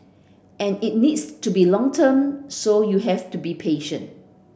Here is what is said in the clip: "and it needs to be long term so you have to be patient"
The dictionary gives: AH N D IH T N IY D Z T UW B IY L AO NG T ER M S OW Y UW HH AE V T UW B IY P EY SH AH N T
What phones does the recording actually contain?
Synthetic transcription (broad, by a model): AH N IH T N IY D S T UW B IY L AO NG T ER M S OW Y UW HH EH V T UW B IY P EY SH AH N T